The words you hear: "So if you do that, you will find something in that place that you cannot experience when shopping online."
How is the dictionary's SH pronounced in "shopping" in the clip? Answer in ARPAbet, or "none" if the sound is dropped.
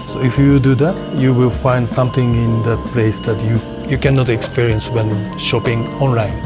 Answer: SH